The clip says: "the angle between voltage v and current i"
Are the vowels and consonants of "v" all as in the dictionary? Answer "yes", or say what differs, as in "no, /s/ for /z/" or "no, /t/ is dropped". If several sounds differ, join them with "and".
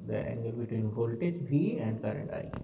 no, /b/ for /v/